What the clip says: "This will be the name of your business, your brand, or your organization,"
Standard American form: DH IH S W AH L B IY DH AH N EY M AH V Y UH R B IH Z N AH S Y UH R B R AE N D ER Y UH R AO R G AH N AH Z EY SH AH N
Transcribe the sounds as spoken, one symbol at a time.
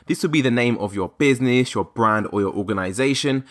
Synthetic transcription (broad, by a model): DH IH S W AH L B IY DH AH N EY M AH V Y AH B IH Z N AH S Y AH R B R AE N D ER Y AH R AO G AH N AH Z EY SH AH N